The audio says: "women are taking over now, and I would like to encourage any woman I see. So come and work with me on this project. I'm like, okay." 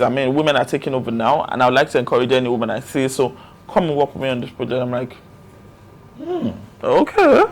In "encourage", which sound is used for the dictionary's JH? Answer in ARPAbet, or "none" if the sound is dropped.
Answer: JH